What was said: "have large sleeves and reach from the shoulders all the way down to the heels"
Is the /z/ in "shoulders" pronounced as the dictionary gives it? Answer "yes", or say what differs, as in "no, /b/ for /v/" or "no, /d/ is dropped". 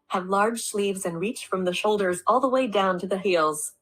yes